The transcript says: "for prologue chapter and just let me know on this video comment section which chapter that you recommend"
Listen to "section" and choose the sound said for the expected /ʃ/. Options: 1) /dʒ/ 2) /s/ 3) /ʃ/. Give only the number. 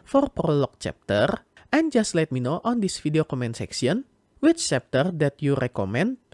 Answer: 2